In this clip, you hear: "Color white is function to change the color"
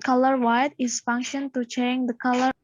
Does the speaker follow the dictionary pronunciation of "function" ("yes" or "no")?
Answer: yes